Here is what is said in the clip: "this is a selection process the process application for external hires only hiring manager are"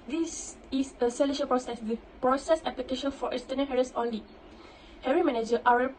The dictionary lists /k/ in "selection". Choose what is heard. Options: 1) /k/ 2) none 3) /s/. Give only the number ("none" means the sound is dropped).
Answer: 2